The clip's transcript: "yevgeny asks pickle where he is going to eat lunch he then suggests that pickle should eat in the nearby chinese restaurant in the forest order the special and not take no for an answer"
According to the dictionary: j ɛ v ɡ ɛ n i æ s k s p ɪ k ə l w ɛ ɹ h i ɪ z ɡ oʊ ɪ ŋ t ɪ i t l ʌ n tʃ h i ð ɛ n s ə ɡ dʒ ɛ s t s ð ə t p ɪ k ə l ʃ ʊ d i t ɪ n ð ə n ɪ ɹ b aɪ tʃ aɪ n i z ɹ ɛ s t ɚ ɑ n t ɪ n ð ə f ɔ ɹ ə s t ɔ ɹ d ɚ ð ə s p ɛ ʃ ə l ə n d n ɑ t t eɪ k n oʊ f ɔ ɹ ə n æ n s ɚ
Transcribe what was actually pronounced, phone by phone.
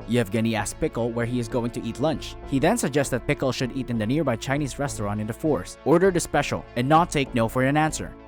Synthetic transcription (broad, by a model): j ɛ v ɡ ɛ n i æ s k p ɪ k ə l w ɛ ɹ h i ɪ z ɡ oʊ ɪ ŋ t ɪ i t l ʌ n tʃ h i ð ɛ n s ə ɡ dʒ ɛ s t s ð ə t p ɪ k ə l ʃ ʊ d i t ɪ n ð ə n ɪ ɹ b aɪ tʃ aɪ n i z ɹ ɛ s t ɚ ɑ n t ɪ n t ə f ɔ ɹ s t ɔ ɹ d ɚ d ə s p ɛ ʃ ə l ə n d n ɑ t t eɪ k n oʊ f ɔ ɹ ə n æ n s ɚ